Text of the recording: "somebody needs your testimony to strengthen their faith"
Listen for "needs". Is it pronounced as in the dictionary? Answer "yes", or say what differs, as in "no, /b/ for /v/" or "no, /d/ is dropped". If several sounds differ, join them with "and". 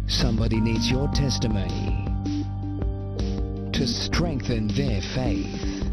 yes